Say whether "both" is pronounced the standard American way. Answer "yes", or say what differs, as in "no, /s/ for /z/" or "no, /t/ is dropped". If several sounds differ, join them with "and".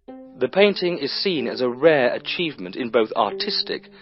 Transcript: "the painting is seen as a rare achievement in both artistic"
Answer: yes